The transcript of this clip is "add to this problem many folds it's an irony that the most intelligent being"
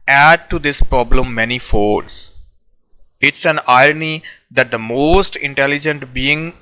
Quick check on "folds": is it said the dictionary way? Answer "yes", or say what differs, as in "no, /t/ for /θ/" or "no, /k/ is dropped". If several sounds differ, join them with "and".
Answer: no, /l/ is dropped